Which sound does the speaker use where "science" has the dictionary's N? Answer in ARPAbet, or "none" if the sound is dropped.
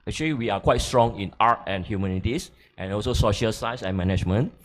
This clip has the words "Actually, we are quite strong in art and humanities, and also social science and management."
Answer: none